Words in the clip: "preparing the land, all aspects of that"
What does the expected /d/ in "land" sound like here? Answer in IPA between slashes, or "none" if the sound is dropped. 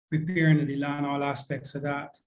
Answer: none